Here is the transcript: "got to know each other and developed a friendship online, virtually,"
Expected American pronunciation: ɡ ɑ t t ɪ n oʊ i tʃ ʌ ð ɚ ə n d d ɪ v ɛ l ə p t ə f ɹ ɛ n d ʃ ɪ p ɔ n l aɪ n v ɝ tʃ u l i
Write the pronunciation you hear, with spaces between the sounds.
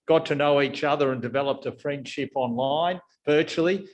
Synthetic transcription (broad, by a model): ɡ ɑ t t ɪ n oʊ i tʃ ʌ ð ɚ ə n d d ɪ v ɛ l ə p t ə f ɹ ɛ n d ʃ ɪ p ɔ n l aɪ n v ɝ tʃ l i